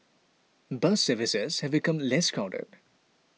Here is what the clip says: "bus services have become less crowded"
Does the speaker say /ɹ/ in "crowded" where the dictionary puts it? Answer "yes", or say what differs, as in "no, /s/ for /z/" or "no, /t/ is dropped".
no, /ɹ/ is dropped